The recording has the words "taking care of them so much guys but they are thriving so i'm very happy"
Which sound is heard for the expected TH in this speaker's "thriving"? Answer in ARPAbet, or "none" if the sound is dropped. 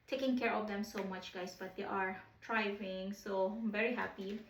T